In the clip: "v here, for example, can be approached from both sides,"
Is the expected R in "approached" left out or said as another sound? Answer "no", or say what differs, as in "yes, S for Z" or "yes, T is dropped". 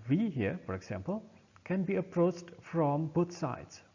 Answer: no